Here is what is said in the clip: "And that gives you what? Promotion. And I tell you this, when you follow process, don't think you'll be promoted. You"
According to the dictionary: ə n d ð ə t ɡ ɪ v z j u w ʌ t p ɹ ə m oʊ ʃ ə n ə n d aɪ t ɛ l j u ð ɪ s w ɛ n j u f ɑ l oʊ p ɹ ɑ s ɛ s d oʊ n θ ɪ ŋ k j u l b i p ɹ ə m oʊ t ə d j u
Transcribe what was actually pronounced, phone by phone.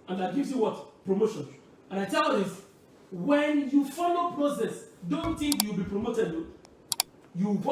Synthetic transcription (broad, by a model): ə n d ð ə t ɡ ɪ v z j u w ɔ t p ɹ ə m oʊ ʃ ə n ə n aɪ t ɛ l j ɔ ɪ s w ɛ n j u f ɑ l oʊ p ɹ ɑ s ɛ s d oʊ n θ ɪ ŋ k j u w b i p ɹ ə m oʊ t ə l j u